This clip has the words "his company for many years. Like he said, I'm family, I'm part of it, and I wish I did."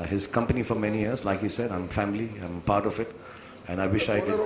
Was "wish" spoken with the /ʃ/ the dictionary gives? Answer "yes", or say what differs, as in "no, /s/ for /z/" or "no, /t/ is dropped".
yes